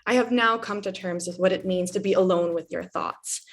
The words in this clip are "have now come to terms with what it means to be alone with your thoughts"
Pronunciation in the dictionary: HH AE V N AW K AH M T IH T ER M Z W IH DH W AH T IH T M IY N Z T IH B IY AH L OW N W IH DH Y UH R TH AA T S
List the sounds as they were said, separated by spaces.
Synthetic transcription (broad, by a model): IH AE V N AW K AH M T IH T ER M Z W IH DH W AH T IH T M IY N Z T IH B IY AH L OW N W IH DH Y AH R TH AA T S